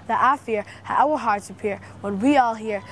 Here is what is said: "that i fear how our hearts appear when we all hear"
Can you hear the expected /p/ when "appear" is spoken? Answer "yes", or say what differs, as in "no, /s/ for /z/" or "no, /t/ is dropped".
yes